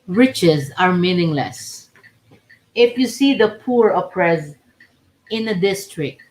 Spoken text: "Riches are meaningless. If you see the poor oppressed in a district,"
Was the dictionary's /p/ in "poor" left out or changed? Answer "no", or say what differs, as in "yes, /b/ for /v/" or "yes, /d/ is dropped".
no